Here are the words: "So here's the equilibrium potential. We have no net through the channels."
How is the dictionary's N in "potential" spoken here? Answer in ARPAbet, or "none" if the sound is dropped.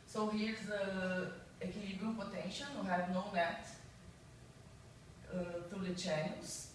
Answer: N